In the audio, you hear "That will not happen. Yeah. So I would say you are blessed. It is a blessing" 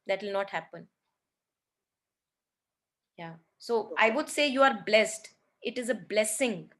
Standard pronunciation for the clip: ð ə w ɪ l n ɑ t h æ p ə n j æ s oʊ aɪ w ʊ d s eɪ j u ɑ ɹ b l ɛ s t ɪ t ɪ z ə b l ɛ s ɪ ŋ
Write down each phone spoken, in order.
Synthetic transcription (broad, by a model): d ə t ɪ l n ɑ t h æ p ə n j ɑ s oʊ aɪ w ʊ d s eɪ j u ɑ ɹ b l ɛ s t ɪ t ɪ z ə b l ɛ s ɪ ŋ